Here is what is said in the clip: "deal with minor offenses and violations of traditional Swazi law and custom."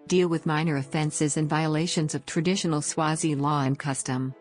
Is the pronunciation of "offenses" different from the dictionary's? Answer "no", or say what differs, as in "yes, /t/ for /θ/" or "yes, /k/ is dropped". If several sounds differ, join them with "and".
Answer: no